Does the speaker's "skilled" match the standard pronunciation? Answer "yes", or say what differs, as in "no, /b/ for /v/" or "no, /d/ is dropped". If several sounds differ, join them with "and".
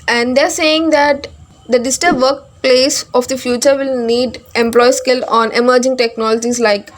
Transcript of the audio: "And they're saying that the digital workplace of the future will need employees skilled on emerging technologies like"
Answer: no, /d/ is dropped